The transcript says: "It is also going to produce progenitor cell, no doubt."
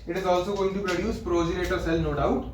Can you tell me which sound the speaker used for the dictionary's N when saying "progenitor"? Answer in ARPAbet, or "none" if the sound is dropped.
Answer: none